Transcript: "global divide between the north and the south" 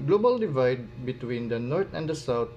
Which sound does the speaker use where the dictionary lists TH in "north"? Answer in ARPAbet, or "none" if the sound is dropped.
T